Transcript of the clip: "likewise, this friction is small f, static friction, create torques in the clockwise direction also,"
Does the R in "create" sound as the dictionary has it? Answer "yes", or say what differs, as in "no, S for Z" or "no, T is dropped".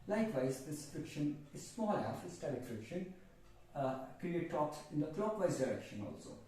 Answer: no, R is dropped